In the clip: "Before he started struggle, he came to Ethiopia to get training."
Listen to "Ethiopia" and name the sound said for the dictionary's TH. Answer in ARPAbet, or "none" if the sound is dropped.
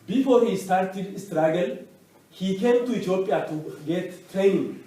T